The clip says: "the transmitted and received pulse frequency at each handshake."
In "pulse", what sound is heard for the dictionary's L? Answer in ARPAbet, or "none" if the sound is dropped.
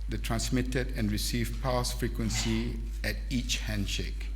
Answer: none